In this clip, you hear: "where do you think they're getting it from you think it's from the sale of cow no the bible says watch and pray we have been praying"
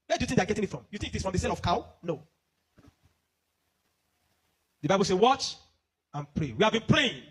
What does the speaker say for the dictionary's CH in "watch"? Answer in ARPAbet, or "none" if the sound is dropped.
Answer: CH